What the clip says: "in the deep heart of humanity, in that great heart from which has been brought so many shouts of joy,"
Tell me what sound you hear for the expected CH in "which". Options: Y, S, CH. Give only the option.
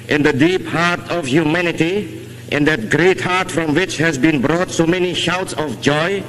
CH